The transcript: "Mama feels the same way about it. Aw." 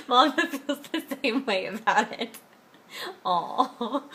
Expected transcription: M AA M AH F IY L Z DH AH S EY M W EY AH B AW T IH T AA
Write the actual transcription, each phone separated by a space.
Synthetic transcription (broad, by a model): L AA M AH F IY Z DH AH S EY M W EY AH B AW T IH T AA